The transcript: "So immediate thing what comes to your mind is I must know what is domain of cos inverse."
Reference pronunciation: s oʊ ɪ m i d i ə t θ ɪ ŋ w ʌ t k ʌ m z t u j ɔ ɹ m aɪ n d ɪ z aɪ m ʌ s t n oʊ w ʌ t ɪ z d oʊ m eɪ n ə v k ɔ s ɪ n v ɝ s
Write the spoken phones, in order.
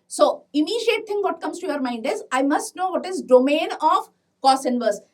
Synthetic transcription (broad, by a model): s oʊ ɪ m i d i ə t t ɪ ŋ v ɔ t k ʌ m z t u j ɔ ɹ m aɪ n d ɪ z aɪ m ʌ s t n oʊ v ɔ t ɪ z d oʊ m eɪ n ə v k ɔ s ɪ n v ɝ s